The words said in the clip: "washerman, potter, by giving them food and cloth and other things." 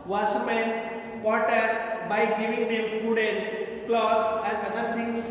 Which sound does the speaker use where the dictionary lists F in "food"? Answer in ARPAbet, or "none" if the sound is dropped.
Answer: P